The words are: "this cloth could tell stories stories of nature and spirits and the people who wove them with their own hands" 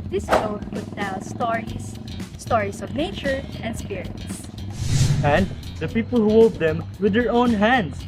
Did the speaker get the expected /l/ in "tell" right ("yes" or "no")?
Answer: no